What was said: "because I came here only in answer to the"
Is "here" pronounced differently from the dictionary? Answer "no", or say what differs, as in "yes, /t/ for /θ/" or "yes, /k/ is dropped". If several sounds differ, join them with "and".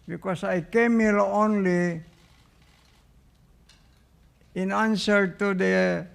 yes, /l/ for /ɹ/